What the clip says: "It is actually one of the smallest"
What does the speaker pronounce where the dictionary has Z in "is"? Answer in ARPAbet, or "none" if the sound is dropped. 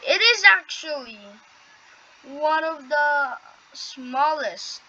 Z